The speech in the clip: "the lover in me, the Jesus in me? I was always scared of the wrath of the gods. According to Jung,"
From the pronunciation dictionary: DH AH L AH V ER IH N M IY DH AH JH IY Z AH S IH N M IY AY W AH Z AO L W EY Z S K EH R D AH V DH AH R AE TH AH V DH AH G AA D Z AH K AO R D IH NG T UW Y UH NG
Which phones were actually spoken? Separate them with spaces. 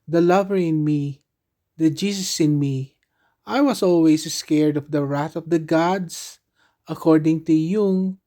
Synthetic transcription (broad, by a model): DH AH L AH V ER IH N M IY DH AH JH IY S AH S IH N M IY AY W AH S AO L W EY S S K EH R D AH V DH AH R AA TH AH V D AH G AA D S AH K AO R D IH NG T UW Y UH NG